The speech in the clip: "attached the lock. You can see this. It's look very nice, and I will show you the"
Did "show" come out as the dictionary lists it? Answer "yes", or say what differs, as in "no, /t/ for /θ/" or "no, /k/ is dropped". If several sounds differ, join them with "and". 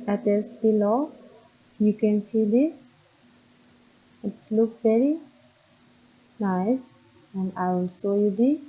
no, /s/ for /ʃ/